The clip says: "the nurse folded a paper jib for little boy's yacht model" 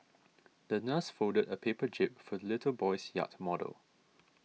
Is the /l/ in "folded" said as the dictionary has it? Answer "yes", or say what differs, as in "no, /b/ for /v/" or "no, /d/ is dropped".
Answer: no, /l/ is dropped